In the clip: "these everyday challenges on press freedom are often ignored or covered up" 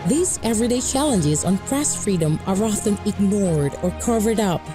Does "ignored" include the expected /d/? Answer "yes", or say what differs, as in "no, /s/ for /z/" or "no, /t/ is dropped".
yes